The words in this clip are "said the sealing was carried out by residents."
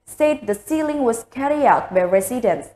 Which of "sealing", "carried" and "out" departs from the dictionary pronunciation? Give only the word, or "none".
carried